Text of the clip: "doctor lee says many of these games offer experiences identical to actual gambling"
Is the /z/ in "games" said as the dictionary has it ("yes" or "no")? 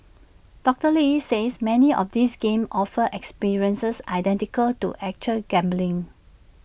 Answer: no